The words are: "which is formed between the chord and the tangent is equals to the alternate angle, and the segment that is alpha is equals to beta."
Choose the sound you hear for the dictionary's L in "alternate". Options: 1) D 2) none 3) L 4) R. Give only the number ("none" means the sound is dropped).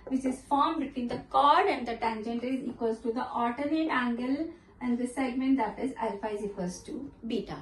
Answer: 2